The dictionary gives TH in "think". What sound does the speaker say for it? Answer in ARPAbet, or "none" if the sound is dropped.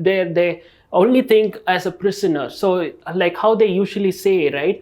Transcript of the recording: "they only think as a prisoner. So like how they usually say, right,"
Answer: T